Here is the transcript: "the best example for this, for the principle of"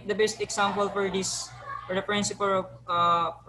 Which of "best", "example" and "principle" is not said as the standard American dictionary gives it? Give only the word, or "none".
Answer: example